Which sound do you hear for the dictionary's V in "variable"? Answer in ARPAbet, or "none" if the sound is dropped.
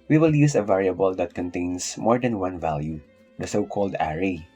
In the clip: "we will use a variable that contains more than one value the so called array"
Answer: V